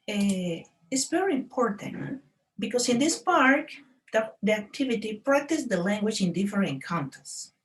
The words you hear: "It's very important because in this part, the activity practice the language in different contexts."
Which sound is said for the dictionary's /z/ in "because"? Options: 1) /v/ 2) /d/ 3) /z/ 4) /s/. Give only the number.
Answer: 4